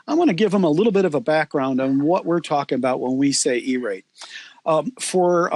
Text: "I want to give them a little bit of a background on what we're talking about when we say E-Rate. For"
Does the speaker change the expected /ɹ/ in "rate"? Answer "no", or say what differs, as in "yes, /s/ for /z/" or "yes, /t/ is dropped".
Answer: no